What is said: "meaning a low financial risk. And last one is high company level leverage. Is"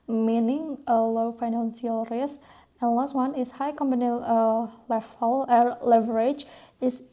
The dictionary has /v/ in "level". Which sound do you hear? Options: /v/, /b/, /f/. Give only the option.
/f/